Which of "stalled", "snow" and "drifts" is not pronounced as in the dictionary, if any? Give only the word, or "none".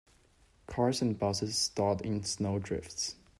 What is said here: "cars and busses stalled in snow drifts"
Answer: stalled